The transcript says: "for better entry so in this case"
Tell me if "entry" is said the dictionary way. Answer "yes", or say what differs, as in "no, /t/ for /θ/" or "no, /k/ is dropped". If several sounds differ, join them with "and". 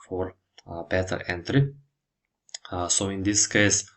yes